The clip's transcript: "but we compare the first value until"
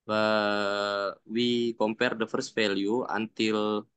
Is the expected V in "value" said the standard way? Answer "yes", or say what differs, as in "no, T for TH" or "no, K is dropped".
no, F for V